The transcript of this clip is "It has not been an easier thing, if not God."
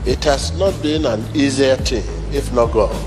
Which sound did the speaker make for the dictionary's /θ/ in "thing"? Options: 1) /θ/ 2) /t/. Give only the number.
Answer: 2